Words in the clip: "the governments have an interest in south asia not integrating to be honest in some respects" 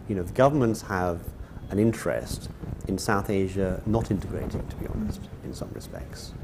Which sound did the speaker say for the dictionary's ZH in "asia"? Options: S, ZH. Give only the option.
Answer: ZH